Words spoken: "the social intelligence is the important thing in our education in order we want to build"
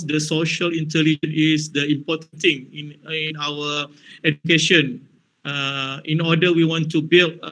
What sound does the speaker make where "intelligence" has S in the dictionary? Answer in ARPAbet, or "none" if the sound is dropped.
none